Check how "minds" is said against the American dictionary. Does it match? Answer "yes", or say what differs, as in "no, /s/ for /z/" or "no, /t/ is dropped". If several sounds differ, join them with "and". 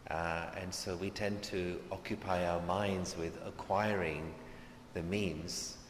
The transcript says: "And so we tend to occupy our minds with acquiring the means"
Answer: yes